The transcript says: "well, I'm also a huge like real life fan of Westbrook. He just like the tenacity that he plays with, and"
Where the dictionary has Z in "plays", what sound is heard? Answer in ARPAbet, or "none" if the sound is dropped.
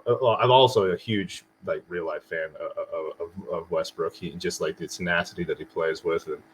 Z